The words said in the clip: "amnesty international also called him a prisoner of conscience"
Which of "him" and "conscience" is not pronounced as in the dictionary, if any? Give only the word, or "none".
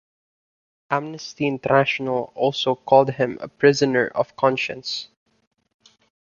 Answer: none